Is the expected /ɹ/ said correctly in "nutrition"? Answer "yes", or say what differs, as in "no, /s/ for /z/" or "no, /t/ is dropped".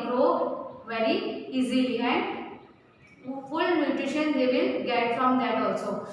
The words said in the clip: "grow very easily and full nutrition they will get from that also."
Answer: no, /ɹ/ is dropped